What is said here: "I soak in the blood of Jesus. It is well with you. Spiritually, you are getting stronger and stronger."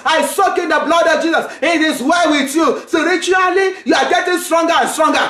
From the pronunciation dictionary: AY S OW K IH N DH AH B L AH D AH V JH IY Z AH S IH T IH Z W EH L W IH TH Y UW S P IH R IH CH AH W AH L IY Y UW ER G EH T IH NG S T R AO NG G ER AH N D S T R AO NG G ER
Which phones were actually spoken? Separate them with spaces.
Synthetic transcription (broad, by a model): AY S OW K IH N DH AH B L AH D AH V JH IY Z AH S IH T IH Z W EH W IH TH Y UW S AO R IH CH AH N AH L IY Y UW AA G EH T IH NG S T R AO NG G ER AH N S T R AO NG G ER